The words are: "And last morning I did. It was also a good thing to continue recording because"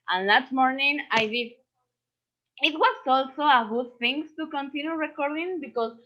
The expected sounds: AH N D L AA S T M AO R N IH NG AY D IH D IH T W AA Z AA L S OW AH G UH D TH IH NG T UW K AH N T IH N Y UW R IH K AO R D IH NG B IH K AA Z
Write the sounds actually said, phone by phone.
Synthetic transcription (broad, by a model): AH N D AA T M AO R N IH NG AY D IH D IH T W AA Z AA L S OW AH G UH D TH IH NG T UW K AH N T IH N Y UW R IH K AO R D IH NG B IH K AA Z